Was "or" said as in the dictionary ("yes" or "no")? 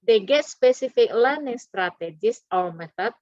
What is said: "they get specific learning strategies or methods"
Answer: no